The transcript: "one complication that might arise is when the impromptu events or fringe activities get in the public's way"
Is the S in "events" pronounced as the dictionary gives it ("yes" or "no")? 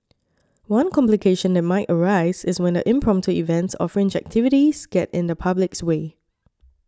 yes